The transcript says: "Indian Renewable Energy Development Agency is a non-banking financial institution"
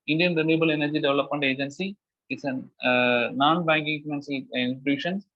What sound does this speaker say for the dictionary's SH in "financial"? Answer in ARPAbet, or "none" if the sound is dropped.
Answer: S